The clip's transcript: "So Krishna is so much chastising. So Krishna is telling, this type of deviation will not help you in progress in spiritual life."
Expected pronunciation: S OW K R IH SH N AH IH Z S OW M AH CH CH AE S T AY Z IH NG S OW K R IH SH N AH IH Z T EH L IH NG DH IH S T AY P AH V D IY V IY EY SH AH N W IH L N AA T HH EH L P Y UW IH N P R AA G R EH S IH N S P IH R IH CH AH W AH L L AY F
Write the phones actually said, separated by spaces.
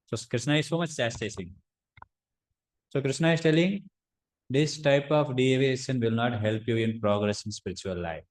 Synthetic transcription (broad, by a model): S OW K R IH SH N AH IH Z S OW M AH CH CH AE S T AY S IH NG S OW K R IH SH N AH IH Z T EH L IH NG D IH S T AY P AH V D IY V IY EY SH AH N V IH L N AA T HH EH L P Y UW IH N P R AA G R EH S IH N S P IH R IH CH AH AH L L AY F